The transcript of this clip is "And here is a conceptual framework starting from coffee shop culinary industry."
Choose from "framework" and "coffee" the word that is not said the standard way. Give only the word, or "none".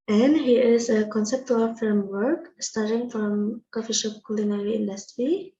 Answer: framework